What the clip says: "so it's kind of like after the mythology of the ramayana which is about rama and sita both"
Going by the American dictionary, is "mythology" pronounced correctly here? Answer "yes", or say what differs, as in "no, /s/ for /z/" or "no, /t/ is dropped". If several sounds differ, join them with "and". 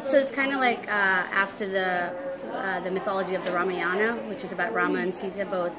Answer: yes